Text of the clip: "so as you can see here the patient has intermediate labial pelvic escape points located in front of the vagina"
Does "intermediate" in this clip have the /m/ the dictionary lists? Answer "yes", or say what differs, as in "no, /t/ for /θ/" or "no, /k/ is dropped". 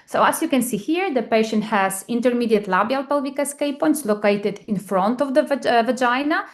yes